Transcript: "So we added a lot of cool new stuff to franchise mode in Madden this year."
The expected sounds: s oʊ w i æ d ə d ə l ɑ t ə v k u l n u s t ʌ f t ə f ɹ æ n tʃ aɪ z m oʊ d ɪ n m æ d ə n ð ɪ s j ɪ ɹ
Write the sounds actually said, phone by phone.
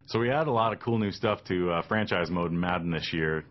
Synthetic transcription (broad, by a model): s oʊ w i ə d ə l ɑ t ə v k u l n u s t ʌ f t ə f ɹ æ n tʃ aɪ z m oʊ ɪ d m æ d n ð ɪ s j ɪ ɹ